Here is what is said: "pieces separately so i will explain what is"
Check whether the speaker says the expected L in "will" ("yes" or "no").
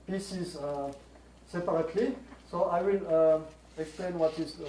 yes